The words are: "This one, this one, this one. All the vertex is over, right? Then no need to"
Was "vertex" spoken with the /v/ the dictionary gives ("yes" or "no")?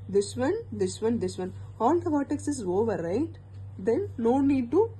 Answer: no